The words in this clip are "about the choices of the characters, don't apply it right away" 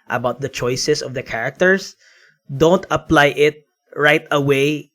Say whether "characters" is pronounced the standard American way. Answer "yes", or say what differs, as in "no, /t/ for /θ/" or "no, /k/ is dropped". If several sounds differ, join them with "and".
no, /s/ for /z/